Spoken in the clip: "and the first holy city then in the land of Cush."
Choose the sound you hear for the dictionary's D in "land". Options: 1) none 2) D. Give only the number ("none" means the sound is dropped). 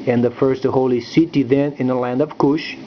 2